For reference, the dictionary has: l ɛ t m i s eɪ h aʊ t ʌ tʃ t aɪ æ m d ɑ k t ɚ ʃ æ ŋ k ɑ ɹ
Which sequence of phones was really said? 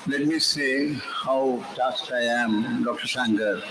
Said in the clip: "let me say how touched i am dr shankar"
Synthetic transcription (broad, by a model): l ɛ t m i s eɪ h aʊ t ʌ s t aɪ æ m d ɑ k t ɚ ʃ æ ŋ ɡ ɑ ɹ